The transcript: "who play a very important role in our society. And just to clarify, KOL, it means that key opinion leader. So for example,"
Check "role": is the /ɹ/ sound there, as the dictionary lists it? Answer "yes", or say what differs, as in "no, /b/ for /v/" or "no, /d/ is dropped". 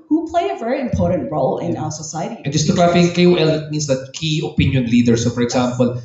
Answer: yes